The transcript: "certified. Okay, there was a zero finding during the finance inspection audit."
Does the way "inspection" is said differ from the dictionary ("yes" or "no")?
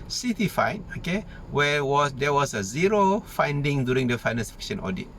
yes